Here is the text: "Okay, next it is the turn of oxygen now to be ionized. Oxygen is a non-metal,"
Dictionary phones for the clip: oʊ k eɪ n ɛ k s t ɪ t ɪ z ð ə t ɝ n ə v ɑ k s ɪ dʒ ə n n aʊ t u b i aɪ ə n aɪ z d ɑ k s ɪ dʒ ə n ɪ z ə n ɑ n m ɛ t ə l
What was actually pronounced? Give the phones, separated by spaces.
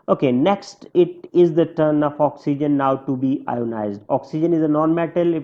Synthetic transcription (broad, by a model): oʊ k eɪ n ɛ k s t ɪ t ɪ z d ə t ɝ n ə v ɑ k s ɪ dʒ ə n n aʊ t u b i aɪ ə n aɪ z d ɑ k s ɪ dʒ ə n ɪ z ə n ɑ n m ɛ t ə l